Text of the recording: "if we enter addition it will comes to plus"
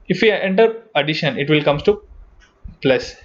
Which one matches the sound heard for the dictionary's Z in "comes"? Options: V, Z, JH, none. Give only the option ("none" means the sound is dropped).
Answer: none